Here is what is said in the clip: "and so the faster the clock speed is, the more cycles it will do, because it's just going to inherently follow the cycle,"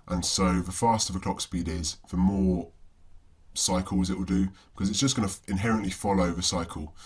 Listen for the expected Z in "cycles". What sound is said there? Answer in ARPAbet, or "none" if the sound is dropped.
Z